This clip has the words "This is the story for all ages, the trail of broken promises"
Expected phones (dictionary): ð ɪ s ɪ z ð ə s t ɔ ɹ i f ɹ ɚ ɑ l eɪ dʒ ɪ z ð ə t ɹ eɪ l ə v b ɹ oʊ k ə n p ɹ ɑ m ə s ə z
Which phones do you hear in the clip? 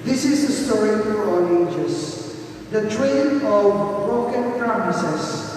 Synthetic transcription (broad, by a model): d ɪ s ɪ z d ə s t ɔ ɹ i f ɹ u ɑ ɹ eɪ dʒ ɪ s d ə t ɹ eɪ n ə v b ɹ oʊ k ə n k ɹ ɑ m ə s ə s